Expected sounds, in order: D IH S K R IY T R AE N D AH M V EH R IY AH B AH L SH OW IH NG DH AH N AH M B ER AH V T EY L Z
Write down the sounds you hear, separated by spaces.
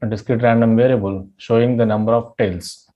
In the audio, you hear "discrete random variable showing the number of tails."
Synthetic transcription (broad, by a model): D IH S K R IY T R AE N D AH M V EH R IY AH B AH L SH OW IH NG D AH N AH M B ER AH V T EY L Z